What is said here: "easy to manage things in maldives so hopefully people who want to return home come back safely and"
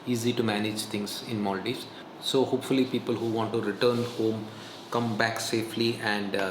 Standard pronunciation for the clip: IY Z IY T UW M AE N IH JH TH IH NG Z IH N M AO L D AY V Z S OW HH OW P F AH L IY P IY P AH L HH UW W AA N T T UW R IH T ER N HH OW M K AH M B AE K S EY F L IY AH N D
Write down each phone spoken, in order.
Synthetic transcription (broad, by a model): IY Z IY T UW M AE N IH JH T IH NG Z IH N M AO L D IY Z S OW HH OW P F AH L IY P IY P AH L HH UW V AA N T T UW R IH T ER N HH OW M K AH M B AE K S EY F L IY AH N D